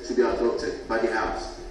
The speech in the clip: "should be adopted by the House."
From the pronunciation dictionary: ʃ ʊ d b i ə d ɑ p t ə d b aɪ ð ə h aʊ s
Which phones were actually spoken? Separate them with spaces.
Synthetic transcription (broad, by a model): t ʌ b i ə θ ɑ t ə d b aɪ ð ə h aʊ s